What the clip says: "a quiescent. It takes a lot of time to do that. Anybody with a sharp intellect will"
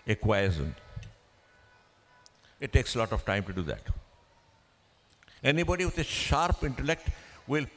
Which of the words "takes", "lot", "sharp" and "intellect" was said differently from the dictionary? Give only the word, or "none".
none